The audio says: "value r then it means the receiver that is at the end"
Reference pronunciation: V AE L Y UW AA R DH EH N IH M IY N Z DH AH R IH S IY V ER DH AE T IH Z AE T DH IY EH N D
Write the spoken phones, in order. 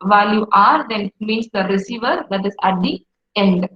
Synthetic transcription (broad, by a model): V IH L Y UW AA R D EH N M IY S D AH R IH S IY V ER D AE T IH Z AE T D IY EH N D